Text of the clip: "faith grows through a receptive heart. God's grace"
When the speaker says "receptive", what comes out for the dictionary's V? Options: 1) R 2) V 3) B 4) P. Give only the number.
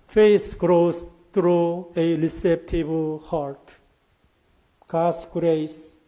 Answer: 3